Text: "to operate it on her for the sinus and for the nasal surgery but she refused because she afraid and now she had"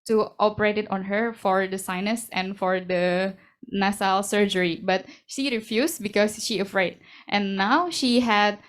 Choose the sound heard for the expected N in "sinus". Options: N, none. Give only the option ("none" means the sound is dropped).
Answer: N